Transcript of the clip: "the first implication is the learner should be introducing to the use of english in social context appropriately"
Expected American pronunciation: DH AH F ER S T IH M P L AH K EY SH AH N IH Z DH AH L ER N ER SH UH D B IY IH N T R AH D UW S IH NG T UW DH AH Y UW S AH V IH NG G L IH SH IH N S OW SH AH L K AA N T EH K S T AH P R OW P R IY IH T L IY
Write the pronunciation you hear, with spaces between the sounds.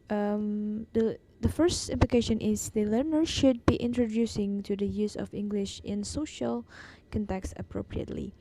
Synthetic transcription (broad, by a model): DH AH F ER S T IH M P L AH K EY SH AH N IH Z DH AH L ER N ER SH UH D B IY IH N T R AH D UW S IH NG T UW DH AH Y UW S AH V IH NG G L IH SH IH N S OW SH AH L K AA N T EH K S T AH P R OW P R IY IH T L IY